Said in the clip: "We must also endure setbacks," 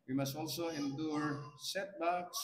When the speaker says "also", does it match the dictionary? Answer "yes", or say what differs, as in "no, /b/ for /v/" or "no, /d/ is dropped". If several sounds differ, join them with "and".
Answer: yes